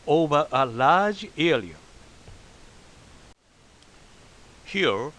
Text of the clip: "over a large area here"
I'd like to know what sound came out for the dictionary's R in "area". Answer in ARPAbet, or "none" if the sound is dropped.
L